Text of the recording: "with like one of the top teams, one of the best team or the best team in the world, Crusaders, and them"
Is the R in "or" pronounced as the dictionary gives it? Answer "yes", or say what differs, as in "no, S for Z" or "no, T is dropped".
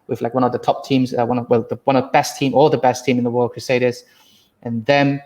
no, L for R